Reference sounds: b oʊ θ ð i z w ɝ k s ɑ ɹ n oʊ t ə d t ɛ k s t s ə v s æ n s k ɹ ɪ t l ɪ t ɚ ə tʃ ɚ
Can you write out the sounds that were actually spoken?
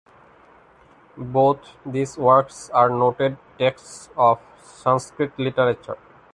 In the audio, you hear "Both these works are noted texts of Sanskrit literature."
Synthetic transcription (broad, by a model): b oʊ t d i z w ɝ k s ɑ ɹ n oʊ t ə d t ɛ k s t s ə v s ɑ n s k ɹ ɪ t l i t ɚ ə tʃ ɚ